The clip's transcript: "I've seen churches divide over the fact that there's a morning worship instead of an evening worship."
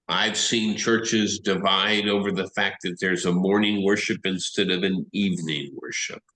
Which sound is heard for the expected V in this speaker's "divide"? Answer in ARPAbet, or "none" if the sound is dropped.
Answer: V